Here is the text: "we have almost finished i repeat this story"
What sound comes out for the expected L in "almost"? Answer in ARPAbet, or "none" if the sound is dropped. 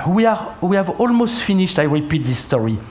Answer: L